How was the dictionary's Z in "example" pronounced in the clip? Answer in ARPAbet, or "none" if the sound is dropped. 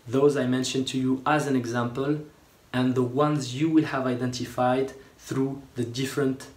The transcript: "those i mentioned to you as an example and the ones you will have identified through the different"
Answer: Z